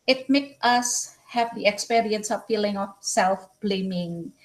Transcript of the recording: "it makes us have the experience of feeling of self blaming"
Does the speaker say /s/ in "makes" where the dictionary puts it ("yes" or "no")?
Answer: no